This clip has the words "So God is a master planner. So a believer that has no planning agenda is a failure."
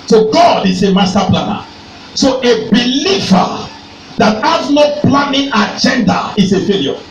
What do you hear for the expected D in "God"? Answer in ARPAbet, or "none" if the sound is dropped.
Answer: D